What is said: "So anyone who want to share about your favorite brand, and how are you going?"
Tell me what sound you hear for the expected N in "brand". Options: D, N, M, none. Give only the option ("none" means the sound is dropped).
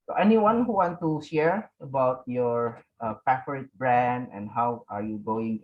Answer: N